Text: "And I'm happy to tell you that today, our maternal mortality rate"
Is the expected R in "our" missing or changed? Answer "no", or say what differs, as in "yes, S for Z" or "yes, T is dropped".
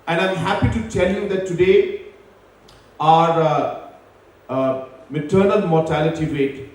no